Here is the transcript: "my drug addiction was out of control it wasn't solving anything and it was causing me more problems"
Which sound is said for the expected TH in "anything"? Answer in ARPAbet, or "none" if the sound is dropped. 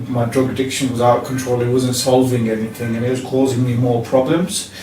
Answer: TH